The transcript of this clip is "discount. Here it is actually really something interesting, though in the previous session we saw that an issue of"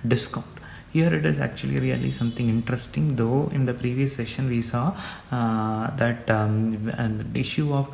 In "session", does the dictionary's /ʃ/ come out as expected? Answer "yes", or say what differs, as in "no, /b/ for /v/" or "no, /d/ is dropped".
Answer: yes